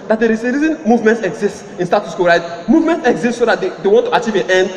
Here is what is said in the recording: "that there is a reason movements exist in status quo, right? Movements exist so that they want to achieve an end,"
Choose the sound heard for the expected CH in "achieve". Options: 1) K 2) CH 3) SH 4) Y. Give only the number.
2